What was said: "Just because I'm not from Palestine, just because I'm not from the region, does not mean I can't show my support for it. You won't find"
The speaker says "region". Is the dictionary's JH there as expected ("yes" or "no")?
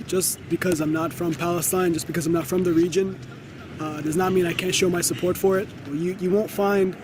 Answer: yes